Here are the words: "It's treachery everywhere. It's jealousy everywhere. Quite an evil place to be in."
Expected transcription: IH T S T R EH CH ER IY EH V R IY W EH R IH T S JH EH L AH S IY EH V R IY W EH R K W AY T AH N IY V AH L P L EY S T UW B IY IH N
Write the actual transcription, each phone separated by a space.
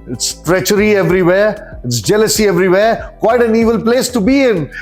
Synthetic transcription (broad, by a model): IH T S T R EH CH ER IY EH V R IY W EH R IH T S JH EH L AH S IY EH V R IY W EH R K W AY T AH N IY V AH L P L EY S T UW B IY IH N